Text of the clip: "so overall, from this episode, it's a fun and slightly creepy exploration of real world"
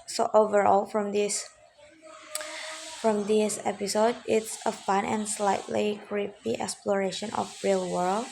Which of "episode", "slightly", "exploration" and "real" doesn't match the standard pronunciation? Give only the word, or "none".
none